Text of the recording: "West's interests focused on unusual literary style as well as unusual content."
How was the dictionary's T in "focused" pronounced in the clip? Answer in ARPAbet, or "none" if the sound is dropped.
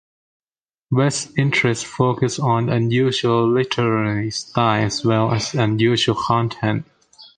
none